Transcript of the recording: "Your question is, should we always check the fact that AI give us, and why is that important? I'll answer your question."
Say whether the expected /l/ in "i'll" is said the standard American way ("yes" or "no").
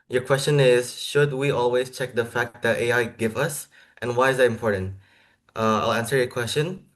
yes